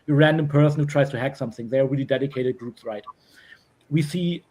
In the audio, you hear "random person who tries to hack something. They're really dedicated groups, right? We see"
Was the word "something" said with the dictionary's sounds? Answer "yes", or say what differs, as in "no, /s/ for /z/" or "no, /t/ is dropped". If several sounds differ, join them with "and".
yes